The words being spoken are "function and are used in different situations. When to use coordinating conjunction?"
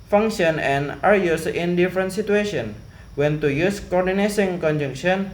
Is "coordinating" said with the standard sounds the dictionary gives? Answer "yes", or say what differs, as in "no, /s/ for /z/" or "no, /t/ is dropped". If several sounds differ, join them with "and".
no, /s/ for /t/